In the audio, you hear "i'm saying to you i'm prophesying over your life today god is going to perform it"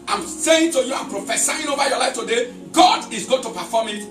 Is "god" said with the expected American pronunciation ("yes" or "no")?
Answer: yes